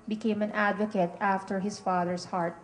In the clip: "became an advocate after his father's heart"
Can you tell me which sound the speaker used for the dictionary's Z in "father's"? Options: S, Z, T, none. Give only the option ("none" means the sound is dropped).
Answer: S